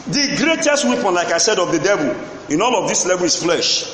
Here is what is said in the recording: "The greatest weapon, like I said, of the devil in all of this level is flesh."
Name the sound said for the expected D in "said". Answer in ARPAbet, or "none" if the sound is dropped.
D